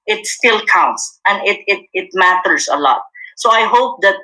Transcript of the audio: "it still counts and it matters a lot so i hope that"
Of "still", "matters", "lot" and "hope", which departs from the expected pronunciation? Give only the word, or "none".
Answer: matters